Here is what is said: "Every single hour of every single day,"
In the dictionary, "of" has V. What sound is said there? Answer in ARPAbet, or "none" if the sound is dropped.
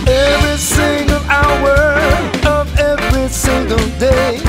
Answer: V